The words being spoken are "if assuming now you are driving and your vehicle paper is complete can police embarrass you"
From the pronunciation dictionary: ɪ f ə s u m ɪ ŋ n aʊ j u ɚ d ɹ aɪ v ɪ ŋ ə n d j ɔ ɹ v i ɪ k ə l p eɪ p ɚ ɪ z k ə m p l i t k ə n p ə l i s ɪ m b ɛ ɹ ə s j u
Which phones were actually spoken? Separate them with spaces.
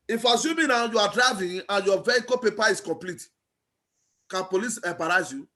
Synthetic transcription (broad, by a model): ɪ f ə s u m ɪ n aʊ j u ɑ d ɹ aɪ v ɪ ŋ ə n j ɔ v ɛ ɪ k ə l p eɪ p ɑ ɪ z k ə m p l i t k ə n p ə l i s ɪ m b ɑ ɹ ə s j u